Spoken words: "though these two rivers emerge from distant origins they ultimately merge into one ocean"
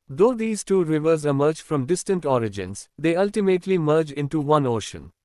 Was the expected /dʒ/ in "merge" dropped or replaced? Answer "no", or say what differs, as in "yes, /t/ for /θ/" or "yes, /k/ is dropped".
no